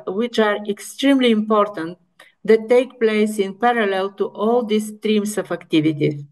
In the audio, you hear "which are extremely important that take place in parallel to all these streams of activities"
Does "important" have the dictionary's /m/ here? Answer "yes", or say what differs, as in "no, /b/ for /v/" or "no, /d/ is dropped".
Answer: yes